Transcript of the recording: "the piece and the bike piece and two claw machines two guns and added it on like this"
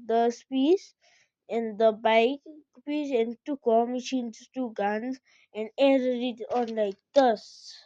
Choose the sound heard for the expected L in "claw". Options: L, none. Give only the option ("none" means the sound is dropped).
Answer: none